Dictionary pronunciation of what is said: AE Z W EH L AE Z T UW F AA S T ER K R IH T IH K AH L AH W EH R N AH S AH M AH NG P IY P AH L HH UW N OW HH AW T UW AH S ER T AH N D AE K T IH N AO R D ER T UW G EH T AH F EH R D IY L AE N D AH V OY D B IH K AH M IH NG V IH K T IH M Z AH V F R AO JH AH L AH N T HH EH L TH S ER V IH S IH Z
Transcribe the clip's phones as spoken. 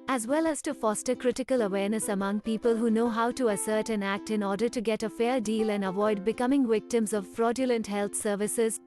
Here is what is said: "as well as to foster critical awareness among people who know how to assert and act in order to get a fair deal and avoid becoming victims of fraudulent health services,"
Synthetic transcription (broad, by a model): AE Z W EH L AE Z T UW F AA S T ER K R IH T IH K AH L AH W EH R N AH S AH M AH NG P IY P AH L HH UW N OW HH AW T UW AH S ER T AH N AE K T IH N AO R D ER T UW G EH T AH F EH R D IY L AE N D AH V OY D B IH K AH M IH NG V IH K T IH M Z AH V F R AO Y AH L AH N T HH EH L T S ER V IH S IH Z